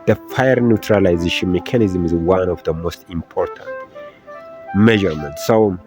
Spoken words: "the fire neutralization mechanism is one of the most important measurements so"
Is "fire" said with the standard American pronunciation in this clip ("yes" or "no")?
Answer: yes